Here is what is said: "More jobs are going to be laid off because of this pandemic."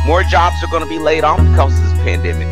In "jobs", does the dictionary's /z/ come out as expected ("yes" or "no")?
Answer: yes